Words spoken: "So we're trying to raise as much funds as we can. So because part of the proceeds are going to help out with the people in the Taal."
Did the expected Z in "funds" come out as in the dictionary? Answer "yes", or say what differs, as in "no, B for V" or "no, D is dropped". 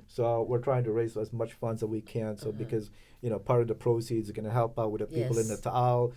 yes